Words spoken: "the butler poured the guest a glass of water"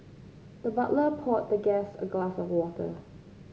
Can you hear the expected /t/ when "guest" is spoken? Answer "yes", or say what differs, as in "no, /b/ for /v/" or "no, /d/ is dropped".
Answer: no, /t/ is dropped